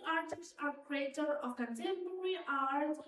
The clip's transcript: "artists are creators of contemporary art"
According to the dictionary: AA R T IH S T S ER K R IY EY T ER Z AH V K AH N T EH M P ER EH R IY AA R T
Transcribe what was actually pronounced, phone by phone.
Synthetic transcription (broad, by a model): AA R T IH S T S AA K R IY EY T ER AH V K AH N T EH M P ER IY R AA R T